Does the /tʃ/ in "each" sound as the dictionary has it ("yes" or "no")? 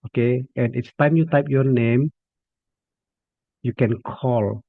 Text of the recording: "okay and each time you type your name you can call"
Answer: no